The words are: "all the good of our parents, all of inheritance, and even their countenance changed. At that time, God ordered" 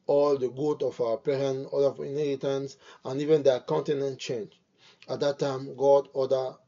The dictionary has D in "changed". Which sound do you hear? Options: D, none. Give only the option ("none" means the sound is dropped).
none